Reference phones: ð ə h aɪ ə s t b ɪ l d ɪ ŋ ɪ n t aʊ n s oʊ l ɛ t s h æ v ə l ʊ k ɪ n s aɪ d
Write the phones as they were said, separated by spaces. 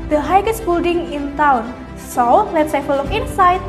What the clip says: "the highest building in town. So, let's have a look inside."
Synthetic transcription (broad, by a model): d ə h aɪ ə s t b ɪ l d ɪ ŋ ɪ n t aʊ n s oʊ l ɛ t s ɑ f ə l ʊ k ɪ n s aɪ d